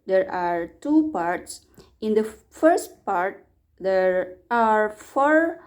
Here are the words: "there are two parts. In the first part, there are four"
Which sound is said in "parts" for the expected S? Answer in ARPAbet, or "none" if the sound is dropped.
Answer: S